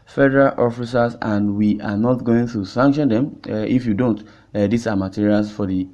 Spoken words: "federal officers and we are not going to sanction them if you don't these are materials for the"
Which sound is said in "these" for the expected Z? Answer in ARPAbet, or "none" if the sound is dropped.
S